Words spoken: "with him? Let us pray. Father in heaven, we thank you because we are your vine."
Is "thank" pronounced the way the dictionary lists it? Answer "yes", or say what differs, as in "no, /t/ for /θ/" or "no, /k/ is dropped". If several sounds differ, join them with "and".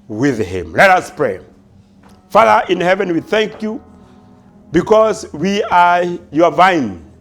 yes